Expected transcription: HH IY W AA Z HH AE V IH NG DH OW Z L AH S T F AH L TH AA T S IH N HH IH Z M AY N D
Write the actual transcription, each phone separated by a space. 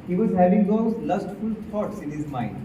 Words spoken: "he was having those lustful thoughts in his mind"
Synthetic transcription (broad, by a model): HH IY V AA Z HH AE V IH NG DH OW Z L AH S T F AH L T AA T S IH N HH IH Z M AY N D